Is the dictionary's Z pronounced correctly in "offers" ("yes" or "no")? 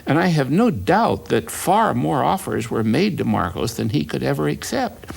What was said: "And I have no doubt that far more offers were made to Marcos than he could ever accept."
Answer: yes